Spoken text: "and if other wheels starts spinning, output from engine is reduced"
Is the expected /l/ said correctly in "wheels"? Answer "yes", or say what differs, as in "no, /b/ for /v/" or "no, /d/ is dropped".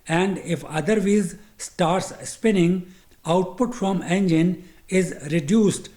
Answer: no, /l/ is dropped